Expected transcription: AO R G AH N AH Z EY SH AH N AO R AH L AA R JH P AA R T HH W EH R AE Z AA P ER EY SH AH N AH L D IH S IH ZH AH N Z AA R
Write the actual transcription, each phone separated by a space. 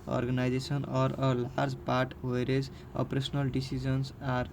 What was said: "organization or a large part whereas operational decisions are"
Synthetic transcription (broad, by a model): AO R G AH N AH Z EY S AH N AO R AH L AA R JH P AA R T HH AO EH R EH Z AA P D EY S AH N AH L D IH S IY Z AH N S AA R